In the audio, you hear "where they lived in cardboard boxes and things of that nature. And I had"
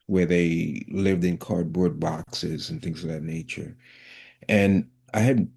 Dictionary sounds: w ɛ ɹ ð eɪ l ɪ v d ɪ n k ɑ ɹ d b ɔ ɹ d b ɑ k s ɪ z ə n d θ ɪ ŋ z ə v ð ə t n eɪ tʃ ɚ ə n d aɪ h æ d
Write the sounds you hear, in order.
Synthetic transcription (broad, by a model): w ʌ ɹ ð eɪ l ɪ v d ɪ n k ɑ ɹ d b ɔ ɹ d b ɑ k s ɪ z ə n θ ɪ ŋ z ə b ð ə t n eɪ tʃ ɚ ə n aɪ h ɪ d